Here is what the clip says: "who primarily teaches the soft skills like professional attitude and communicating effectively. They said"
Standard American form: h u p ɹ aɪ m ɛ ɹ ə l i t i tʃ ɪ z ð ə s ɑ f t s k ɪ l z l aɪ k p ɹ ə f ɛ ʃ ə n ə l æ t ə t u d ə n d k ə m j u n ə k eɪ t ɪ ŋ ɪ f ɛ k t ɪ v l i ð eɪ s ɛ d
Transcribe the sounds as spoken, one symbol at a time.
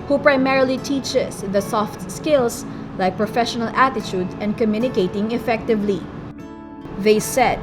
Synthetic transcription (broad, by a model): h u p ɹ aɪ m ɛ ɹ ə l i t i tʃ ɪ s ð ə s ɑ f t s k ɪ l s l aɪ k p ɹ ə f ɛ ʃ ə n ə l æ t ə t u d ə n d k ə m j u n ə k eɪ t ɪ ŋ ɪ f ɛ k t ɪ v l i ð eɪ s ɛ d